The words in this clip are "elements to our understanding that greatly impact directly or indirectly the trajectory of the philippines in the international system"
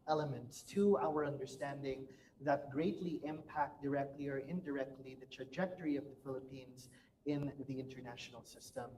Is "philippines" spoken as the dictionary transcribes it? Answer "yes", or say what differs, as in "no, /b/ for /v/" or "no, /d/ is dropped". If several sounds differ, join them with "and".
yes